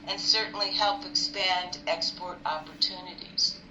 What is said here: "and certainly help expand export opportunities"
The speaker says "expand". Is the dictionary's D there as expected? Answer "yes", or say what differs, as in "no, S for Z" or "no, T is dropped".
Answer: yes